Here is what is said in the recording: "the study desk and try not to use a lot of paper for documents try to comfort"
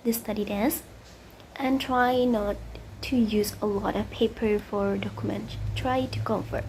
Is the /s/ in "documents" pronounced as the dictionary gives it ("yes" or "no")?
no